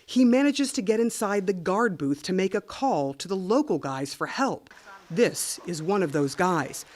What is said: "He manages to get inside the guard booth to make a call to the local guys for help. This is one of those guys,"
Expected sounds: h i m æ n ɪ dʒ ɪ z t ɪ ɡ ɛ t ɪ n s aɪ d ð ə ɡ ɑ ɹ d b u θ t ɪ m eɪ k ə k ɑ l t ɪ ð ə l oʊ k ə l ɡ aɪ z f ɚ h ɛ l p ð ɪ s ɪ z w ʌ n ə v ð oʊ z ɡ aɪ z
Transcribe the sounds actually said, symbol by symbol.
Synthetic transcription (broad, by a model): h i m æ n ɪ dʒ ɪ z t ɪ ɡ ɛ t ɪ n s aɪ d ð ə ɡ ɑ ɹ d b u θ t ɪ m eɪ k ə k ɑ l t ɪ ð ə l oʊ k l ɡ aɪ z f ɚ h ɛ l p ð ɪ s ɪ z w ʌ n ə v ð oʊ z ɡ aɪ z